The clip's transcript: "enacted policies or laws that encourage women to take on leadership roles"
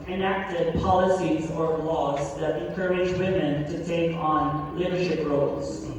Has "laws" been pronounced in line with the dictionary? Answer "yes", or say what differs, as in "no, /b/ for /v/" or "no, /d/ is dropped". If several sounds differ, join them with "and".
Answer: yes